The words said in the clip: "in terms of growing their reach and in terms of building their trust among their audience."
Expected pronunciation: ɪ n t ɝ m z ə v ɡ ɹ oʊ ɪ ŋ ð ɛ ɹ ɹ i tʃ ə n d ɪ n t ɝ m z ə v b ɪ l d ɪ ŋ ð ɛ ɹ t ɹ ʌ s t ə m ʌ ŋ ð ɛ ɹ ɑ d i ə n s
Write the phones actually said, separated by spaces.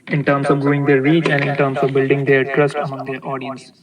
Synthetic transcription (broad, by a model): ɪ n t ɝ m s ə v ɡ u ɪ ŋ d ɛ ɹ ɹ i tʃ ə n d ɪ n t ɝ m s ə v b ɪ l d ɪ ŋ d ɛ ɹ t ɹ ʌ s t ə m ʌ ŋ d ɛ ɹ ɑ d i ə n s